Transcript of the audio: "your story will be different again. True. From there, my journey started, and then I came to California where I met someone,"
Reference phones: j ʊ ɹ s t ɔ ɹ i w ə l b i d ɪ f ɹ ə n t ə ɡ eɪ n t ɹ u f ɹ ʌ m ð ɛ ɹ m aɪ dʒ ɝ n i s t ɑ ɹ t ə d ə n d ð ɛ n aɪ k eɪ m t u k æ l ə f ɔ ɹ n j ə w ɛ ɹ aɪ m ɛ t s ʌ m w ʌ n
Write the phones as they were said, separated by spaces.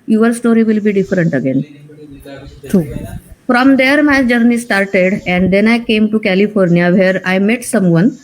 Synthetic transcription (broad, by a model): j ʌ ɹ s t ɔ ɹ i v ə l b i d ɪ f ɹ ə n t ə ɡ eɪ n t u f ɹ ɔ m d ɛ ɹ m aɪ dʒ ɝ n i s t ɑ ɹ t ə d ə n d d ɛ n aɪ k eɪ m t u k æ l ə f ɔ ɹ n j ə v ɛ ɹ aɪ m ɛ t s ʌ m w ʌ n